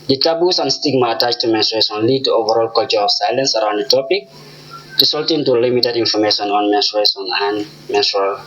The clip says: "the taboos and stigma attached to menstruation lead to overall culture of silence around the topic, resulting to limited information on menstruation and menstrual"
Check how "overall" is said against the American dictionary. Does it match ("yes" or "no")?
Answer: yes